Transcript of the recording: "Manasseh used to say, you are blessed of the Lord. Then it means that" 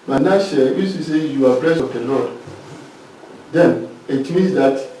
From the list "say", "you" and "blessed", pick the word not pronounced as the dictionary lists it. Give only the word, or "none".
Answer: blessed